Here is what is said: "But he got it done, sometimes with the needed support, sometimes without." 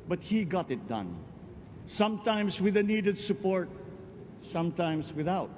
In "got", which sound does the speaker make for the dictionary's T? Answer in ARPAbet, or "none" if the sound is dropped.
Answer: T